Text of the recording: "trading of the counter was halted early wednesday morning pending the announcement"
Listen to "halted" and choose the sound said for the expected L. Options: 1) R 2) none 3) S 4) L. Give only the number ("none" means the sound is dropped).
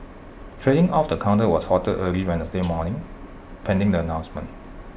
2